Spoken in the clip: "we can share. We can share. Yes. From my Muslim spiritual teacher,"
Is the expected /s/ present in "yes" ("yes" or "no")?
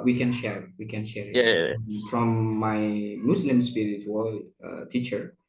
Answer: no